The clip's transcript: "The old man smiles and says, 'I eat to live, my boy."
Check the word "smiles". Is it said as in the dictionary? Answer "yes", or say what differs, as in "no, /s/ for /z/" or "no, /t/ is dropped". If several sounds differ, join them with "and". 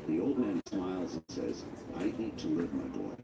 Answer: yes